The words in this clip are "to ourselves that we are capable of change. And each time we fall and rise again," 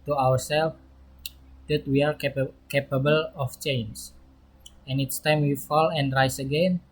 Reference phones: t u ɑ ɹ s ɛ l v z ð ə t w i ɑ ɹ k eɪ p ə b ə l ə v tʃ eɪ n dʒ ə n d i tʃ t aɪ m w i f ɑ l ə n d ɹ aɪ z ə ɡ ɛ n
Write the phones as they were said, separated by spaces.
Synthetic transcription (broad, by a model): t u ɑ w s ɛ l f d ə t w i ɑ ɹ k eɪ p ə b ə l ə f tʃ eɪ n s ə n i s t aɪ m w i f ɑ l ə n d ɹ aɪ s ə ɡ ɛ n